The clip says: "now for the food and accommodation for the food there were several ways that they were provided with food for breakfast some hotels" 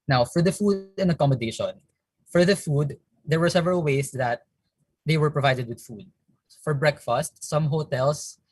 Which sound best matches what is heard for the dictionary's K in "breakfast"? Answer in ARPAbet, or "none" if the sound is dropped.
K